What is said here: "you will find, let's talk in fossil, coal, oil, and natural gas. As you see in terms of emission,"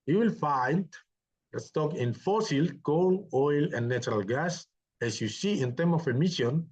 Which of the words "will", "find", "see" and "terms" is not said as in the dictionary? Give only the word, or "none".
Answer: terms